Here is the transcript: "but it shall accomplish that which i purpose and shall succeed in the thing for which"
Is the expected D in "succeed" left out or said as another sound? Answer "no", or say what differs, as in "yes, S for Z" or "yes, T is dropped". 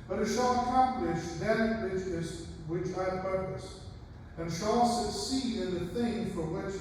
yes, D is dropped